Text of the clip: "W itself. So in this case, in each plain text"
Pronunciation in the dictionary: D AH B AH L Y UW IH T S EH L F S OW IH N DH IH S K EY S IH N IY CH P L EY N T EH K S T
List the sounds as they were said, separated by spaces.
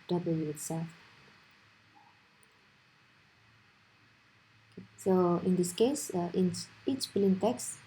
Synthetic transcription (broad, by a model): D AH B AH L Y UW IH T S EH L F S OW IH N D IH S K EY S IH N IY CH B L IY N T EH K S